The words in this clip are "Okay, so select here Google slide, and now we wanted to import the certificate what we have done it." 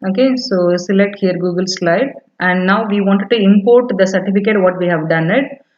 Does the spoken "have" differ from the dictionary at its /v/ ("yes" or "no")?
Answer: no